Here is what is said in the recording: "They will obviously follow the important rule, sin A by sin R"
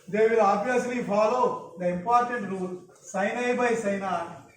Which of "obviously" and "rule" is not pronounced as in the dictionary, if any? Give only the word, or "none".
obviously